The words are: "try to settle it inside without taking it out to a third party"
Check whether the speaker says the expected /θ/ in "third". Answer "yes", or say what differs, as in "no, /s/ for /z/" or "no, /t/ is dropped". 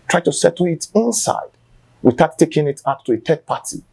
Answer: no, /t/ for /θ/